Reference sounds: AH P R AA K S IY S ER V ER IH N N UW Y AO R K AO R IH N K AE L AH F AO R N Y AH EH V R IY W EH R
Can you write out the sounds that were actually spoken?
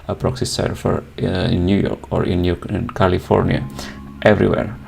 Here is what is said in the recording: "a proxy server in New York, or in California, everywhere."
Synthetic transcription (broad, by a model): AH P R AA K S IY S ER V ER IH N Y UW Y AO R K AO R IH N K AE L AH F AO R N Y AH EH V R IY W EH R